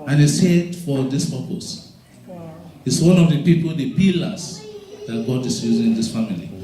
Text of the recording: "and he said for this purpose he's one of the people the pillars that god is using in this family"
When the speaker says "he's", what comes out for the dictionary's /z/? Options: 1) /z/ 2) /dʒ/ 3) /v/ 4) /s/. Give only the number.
4